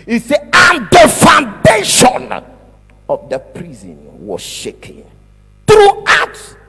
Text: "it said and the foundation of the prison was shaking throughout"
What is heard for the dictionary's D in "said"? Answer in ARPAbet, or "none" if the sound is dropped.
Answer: none